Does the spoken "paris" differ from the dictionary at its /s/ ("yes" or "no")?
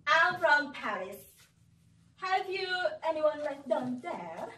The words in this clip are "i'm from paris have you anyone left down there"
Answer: no